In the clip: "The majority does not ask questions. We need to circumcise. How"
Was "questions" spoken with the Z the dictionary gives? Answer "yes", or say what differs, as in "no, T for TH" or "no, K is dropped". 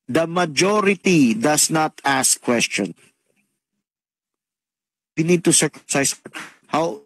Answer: no, Z is dropped